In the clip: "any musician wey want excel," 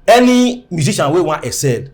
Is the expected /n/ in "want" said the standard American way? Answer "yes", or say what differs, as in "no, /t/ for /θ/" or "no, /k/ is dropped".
no, /n/ is dropped